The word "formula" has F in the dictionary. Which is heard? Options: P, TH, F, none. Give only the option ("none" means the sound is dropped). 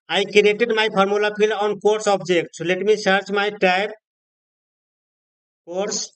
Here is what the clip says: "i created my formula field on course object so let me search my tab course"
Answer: P